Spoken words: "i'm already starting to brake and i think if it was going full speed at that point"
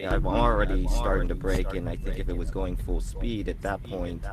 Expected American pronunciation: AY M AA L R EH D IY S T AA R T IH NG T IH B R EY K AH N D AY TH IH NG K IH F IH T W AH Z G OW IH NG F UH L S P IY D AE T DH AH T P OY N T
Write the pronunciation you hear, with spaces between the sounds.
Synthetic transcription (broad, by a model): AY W AA L R EH D IY S T AA R T IH NG T IH B R EY K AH N AY TH IH NG K IH F IH T W AH Z G OW IH NG F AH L S P IY D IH T DH AH T P OY N T